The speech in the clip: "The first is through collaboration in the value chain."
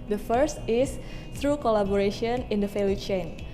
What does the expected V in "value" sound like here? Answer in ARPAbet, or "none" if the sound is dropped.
F